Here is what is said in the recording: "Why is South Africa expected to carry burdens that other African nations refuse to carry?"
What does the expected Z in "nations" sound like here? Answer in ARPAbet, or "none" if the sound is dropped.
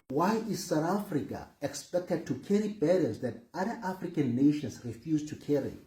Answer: S